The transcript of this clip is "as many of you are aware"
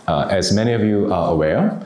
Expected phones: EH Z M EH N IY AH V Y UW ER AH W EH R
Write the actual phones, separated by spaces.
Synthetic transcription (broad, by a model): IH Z M EH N IY AH V Y UW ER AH W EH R